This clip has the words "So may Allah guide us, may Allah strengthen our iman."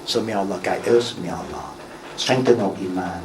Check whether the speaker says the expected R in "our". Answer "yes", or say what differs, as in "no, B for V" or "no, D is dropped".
no, L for R